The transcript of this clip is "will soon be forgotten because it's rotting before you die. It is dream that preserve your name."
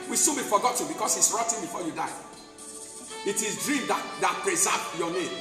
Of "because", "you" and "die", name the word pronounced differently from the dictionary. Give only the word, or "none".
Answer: because